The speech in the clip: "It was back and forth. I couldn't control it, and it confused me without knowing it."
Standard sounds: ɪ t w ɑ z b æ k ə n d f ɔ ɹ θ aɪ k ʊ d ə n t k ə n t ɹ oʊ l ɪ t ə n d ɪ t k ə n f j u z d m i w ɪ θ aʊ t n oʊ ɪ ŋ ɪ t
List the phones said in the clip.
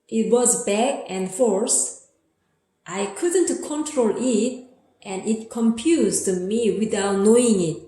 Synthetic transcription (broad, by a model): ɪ t w ɑ z b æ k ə n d f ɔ ɹ s aɪ k ʊ d ə n t k ə n t ɹ oʊ l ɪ t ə n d ɪ t k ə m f j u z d m i w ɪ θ aʊ t n oʊ ɪ ŋ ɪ t